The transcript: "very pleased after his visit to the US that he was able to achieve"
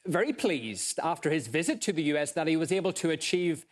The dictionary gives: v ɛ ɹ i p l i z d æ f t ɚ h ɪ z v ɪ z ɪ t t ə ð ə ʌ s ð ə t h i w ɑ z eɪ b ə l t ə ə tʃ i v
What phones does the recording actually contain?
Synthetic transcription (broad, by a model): v ɛ ɹ i p l i z d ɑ f t ɚ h ɪ z v ɪ z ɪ t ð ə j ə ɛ s ð ə t h i w ɑ z eɪ b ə l t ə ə tʃ i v